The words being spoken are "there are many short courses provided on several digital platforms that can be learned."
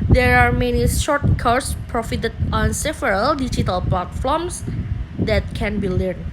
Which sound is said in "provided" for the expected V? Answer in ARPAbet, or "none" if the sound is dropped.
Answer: F